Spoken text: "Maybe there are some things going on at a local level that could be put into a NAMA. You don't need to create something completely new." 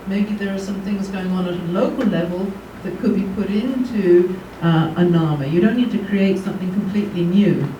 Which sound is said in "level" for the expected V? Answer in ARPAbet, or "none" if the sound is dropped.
V